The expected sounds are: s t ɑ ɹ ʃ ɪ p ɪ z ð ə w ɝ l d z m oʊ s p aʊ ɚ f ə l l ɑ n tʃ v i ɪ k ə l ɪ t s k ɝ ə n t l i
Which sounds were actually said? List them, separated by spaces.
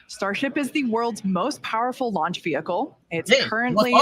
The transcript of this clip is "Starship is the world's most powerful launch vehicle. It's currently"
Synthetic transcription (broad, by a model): s t ɑ ɹ ʃ ɪ p ɪ z ð ə w ɝ l d z m oʊ s p aʊ ɚ f l l ɑ n tʃ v i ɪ k l ɪ t s k ɝ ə n t l i